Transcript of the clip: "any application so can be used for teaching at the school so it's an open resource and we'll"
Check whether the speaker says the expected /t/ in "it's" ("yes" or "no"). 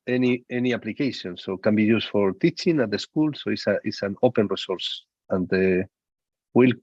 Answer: no